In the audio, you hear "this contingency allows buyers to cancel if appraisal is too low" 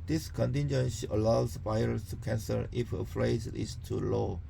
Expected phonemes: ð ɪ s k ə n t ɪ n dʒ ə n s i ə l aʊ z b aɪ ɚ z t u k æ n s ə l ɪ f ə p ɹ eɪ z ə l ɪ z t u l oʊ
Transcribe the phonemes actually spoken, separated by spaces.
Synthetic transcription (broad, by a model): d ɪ s k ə n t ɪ n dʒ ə n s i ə l aʊ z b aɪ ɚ s t u k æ n s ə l ɪ f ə f ɹ eɪ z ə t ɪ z t u l oʊ